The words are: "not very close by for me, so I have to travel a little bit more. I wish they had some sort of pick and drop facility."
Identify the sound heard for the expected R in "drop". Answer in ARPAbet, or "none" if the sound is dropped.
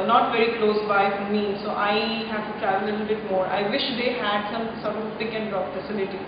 none